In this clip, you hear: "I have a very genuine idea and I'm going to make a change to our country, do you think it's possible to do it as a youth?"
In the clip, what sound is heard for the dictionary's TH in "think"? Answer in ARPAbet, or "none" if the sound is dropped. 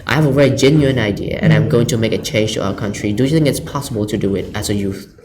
TH